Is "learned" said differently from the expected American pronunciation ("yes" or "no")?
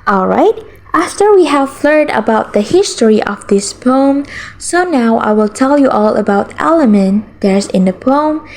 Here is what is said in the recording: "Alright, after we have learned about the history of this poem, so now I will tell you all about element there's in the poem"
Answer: yes